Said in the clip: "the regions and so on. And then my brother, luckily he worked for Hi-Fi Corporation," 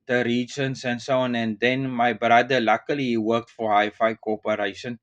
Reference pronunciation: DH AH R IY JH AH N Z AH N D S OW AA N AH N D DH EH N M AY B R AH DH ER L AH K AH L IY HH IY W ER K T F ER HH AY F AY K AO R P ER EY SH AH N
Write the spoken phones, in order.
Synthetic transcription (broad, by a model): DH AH R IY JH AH N S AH N S OW AA N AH N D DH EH N M AY B R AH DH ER L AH K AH L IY IY W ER K T F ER HH AY F AY K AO P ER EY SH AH N